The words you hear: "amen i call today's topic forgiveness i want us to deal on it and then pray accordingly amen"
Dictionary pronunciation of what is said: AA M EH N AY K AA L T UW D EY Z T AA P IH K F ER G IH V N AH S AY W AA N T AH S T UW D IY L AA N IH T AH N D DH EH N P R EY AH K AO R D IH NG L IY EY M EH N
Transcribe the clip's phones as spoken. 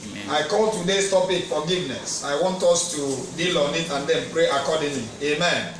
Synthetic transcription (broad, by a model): AA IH K AA L T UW D EY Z T AA P IH K F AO G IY V N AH S AY W AA N T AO S T UW D IY L AA N IH T AH N D EH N P R EY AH K AO D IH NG L IY EY M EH N